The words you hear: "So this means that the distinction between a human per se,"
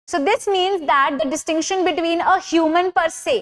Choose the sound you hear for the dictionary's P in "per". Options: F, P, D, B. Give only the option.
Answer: P